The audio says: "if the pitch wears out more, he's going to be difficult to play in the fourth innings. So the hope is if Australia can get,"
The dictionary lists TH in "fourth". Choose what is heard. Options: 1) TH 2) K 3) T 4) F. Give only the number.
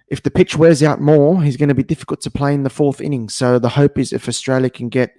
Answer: 1